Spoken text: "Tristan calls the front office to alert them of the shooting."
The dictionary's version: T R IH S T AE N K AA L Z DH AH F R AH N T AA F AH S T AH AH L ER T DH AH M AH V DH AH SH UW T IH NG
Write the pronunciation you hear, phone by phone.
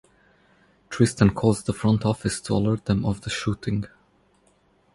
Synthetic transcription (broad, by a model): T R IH S T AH N K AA Z DH AH F R AH N T AA F AH S T AH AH L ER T DH AH M AH V DH AH SH UW T IH NG